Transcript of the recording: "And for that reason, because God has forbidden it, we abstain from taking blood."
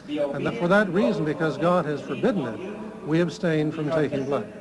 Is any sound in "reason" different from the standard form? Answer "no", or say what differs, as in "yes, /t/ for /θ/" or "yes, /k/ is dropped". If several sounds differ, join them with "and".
no